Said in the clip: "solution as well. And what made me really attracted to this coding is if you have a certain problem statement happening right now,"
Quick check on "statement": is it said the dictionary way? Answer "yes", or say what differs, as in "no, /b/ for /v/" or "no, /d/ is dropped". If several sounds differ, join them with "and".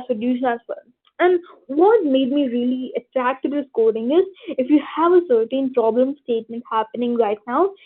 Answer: yes